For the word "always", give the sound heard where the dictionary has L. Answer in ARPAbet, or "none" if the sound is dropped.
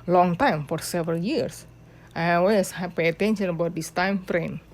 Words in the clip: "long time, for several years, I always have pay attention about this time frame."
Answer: none